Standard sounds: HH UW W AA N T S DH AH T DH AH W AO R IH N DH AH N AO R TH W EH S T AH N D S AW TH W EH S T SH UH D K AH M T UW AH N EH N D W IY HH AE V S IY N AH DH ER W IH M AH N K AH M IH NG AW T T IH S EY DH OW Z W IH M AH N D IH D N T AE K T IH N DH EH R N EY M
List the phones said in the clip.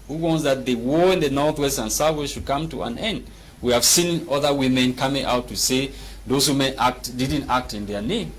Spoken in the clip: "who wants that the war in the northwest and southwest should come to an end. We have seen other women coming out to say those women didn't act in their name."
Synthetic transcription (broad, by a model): HH UW W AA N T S DH AH T DH AH W AO R IH N DH AH N AO R TH W EH S T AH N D S AW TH W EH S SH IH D K AH M T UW AH N EH N D W IY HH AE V S IY N AH DH ER W IH M AH N K AH M IH NG AW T T IH S EY DH OW Z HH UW M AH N D IH D N T AE K T IH N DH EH R N EY M